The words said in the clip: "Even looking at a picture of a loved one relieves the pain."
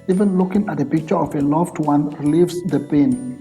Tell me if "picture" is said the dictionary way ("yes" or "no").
yes